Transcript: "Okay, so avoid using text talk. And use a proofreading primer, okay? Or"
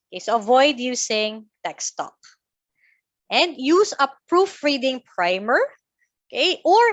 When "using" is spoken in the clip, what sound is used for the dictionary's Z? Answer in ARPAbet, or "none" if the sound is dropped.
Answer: S